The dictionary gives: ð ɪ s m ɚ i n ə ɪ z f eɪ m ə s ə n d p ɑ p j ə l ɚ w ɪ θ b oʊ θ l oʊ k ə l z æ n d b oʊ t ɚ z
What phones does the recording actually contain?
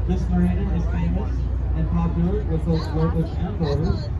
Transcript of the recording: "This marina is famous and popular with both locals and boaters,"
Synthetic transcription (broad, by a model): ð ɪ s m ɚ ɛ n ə ɪ z f eɪ m ə s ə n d p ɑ p j l ɚ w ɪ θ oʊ t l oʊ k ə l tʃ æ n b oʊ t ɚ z